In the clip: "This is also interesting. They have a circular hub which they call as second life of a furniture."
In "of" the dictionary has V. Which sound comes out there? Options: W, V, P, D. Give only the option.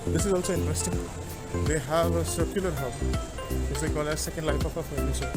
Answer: P